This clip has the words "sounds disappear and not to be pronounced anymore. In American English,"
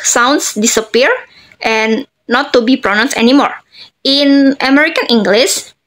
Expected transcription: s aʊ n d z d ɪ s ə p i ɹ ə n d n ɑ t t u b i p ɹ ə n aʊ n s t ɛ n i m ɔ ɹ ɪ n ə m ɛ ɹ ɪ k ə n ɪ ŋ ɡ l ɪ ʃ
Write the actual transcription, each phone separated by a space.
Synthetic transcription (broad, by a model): s aʊ n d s d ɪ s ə p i ɹ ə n n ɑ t t u b i p ɹ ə n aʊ n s ɛ n i m ɔ ɹ ɪ n ə m ɛ ɹ ɪ k ə n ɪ ŋ ɡ l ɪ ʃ